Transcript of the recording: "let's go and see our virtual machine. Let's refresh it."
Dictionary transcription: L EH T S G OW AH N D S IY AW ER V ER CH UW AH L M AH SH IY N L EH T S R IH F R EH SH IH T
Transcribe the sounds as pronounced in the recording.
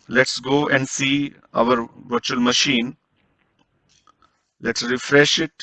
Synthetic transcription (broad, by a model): L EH T S G OW AH N D S IY AW ER V ER CH UW AH L M AH SH IY N L EH T S R IH F R EH SH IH T